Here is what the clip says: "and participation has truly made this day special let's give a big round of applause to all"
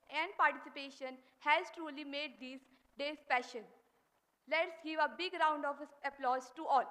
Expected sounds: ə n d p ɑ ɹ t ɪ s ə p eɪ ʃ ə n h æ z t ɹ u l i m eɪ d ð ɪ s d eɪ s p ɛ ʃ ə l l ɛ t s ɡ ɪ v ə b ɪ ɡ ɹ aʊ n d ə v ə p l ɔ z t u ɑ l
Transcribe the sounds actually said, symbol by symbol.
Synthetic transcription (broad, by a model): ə n d p ɑ ɹ t ɪ s ə p eɪ ʃ ə n h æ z t ɹ u l i m eɪ d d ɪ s d eɪ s p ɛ ʃ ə n l ɛ t s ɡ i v ə b ɪ ɡ ɹ aʊ n d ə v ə p l ɔ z t u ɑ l